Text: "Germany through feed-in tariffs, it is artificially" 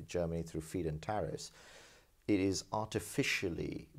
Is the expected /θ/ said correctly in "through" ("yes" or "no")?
yes